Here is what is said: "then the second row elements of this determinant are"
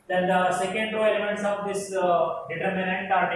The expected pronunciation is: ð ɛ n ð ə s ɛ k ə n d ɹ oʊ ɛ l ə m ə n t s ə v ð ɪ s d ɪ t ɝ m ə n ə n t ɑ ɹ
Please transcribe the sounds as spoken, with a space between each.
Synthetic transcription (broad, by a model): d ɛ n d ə s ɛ k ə n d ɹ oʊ ɛ l ə m ə n t s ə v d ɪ s d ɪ t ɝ m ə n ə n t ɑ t